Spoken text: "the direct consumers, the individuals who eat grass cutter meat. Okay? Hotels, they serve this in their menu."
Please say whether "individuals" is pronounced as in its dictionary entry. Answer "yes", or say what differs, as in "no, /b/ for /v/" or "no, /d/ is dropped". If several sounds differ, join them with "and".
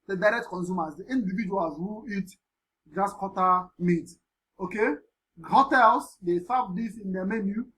no, /l/ is dropped